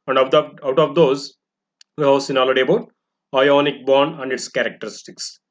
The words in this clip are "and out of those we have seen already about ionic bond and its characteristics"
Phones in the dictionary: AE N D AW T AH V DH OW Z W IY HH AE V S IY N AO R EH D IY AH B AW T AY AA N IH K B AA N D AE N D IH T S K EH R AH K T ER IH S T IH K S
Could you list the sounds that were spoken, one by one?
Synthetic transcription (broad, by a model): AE N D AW T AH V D OW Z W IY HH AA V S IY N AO L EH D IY AH B AW T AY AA N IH K B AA N AE N D IH T S K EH R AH K T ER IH S T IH K S